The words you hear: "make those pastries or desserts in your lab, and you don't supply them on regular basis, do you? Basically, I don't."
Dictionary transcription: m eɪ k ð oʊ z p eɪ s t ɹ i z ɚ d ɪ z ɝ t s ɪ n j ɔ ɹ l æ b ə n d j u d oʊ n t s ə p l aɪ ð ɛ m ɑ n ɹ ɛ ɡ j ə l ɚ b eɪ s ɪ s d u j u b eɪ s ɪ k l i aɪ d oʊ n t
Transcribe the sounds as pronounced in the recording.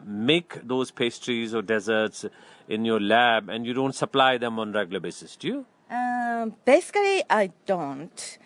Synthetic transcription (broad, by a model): m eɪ k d oʊ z p eɪ s t ɹ i z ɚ d ɪ z ɝ t s ɪ n j ɔ ɹ l æ b ə n d j u d oʊ n t s ə p l aɪ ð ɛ m ɑ n ɹ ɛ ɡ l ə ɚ b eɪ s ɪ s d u j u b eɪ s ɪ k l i aɪ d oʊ n t